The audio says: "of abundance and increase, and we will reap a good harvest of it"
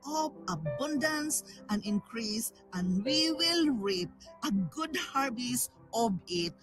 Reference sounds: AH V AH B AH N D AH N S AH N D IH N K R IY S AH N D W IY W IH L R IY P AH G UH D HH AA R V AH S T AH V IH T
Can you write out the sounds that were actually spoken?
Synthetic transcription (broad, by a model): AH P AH B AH N D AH N S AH N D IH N K R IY S AH N D W IY W IH L R IY P AH G UH D HH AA R B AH S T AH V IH T